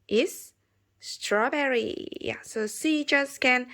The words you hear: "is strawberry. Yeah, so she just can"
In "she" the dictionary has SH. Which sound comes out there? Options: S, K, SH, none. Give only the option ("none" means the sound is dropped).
S